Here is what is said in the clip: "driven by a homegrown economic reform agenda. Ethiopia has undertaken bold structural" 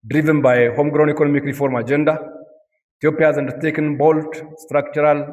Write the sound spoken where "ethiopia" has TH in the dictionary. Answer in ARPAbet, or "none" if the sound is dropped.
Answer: T